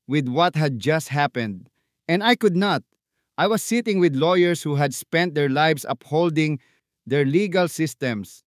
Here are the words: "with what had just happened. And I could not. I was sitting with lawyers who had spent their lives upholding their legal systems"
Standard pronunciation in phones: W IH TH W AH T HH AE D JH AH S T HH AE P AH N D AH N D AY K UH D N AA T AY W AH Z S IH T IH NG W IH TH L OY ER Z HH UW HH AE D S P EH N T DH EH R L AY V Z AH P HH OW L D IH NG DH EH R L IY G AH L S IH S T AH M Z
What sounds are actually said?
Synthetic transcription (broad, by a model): W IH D W AH T HH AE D JH AH S T HH AE P AH N D AH N D AY K UH D N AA T AY W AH S IH T IH NG W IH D L OY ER S HH UW HH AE D S P EH N T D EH R L AY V S AH P HH OW L D IH NG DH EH R L IY G AH L S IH S T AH M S